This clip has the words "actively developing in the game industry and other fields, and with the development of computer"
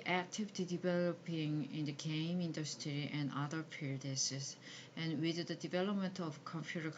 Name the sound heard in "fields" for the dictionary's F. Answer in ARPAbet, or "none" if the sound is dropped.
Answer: P